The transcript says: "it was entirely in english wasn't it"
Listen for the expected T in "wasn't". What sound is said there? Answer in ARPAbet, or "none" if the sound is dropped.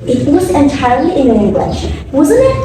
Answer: none